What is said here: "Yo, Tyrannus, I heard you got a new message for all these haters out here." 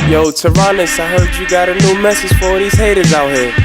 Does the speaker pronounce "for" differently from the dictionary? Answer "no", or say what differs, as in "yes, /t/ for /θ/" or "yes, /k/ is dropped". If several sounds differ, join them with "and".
yes, /w/ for /ɹ/